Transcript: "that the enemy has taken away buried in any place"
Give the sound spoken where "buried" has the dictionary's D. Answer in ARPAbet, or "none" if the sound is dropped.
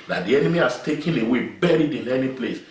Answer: D